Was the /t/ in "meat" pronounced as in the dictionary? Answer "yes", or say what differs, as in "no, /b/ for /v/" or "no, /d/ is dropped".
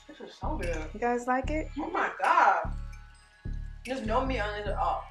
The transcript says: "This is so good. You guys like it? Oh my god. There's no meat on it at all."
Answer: no, /t/ is dropped